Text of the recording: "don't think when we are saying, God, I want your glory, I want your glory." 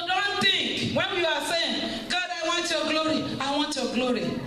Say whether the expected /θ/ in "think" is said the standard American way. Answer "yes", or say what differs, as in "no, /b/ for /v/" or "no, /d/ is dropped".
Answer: no, /t/ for /θ/